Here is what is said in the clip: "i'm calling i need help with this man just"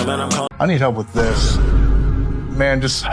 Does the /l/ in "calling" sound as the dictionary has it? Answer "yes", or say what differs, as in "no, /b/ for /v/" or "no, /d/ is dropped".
no, /l/ is dropped